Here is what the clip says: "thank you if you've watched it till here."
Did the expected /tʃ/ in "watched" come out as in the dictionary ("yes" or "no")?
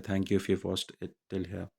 no